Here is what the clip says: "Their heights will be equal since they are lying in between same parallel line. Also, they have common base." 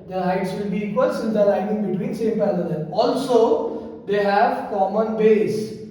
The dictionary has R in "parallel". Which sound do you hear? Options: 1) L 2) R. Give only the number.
1